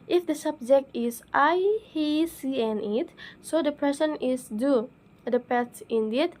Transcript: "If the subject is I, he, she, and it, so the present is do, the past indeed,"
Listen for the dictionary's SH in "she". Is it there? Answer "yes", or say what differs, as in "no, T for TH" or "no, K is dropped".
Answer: no, S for SH